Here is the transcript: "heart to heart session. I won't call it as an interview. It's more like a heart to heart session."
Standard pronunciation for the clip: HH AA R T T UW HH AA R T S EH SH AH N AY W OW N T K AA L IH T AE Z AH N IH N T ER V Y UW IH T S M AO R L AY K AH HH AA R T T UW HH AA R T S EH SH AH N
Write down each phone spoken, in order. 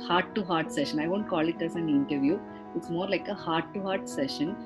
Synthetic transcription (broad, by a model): HH AA R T T UW HH AA R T S EH SH AH N AY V OW N T K AA L IH T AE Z AH N IH N T ER V Y UW IH T S M AO R L AY K AH HH AA R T T UW HH AA R T S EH SH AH N